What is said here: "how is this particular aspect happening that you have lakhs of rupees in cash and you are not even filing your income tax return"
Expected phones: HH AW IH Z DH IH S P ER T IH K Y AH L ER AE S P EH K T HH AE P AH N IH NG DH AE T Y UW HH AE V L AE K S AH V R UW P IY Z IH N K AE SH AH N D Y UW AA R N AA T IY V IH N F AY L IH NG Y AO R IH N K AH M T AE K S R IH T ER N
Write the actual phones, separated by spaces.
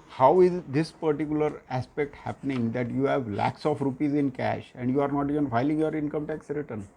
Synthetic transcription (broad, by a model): HH AW IH Z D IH S P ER T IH K Y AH L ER AE S P EH K T HH AE P AH N IH NG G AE T Y UW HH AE V L AE K S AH F R UW P IY Z IH N K AE SH AH N D Y UW AA R N AA T IY V IH N F AY L IH NG Y AO R IH N K AH M T AE K S R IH T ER N